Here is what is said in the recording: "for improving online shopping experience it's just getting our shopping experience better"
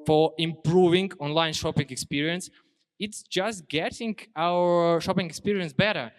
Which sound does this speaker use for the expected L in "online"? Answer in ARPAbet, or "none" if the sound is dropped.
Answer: L